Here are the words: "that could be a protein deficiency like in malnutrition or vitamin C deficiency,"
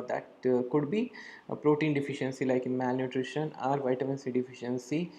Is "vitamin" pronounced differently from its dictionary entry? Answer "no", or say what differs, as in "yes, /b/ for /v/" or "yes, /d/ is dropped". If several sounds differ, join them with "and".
no